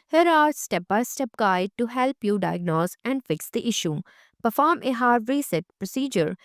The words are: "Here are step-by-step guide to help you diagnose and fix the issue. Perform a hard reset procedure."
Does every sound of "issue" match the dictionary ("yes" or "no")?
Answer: yes